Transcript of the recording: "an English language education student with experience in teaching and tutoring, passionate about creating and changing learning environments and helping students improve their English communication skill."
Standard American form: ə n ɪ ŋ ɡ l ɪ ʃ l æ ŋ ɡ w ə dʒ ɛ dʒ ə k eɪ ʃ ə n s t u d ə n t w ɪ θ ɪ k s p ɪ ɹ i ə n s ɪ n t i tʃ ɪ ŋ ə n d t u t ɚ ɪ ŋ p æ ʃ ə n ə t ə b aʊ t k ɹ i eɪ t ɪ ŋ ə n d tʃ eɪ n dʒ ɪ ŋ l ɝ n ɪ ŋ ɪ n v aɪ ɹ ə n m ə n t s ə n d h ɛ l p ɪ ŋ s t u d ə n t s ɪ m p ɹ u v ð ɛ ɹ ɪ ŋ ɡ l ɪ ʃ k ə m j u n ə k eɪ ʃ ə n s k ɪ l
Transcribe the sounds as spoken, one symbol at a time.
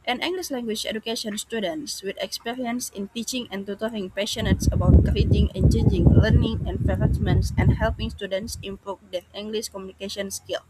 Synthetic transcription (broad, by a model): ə n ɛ ŋ ɡ l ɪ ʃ l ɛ ŋ ɡ w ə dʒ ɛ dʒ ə k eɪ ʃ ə n s t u d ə n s w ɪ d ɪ k s p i ɹ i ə n s ɪ n t i tʃ ɪ ŋ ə n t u t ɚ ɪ ŋ p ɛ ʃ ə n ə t ə b aʊ t k ɹ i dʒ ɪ ŋ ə n tʃ eɪ n dʒ ɪ ŋ l ɝ n ɪ ŋ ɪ n f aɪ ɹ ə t m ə n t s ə n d h ɛ l p ɪ ŋ s t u d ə n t s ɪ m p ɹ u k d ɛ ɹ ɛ ŋ ɡ l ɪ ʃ k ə m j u n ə k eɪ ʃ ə n s k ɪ l